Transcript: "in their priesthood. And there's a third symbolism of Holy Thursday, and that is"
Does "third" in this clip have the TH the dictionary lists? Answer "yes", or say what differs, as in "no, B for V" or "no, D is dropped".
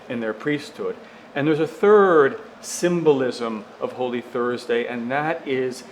yes